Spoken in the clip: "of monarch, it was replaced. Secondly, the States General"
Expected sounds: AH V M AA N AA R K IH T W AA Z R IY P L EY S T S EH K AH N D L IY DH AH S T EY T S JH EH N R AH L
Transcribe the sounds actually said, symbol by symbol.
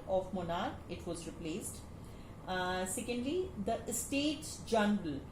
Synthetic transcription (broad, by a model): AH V M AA N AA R IH T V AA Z R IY P L EY S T S EH K AH N D L IY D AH S T EY T S JH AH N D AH L